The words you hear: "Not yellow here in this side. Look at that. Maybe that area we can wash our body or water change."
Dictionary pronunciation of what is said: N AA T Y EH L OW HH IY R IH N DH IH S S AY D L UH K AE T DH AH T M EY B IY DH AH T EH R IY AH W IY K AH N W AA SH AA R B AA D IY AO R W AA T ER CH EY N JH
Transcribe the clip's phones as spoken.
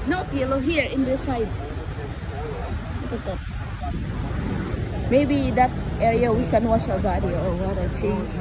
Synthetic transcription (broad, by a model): N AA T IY L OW HH IY R IH N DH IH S S AY D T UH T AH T M EY B IY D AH T EH R IY AH W IY K AH N W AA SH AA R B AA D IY AO R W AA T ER CH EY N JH